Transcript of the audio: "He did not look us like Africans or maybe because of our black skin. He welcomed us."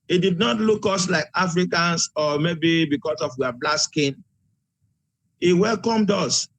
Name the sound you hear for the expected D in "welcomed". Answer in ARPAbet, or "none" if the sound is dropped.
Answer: D